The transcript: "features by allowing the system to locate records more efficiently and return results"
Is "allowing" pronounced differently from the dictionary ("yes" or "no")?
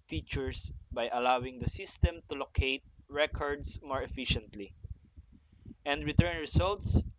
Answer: no